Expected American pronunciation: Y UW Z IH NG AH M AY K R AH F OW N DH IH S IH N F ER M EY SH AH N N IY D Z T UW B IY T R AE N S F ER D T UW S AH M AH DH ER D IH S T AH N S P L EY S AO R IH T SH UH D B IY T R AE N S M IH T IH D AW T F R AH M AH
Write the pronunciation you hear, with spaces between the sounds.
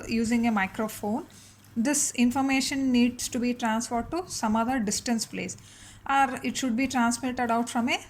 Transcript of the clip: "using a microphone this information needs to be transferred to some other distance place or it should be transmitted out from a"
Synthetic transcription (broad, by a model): Y UW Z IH NG AH M AY K R AH F OW N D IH S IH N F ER M EY SH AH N N IY D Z T UW B IY T R AE N S F ER D T UW S AH M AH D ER D IH S T AH N S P L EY S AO R IH T SH UH D B IY T R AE N S M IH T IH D AW T F R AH M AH